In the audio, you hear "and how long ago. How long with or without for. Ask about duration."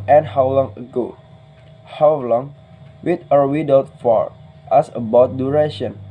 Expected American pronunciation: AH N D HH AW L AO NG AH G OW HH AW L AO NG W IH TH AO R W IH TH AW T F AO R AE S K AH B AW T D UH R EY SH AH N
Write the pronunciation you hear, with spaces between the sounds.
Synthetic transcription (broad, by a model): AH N HH AW L AO NG AH G OW HH AW L AO NG W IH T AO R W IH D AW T F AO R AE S AH B AW T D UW R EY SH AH N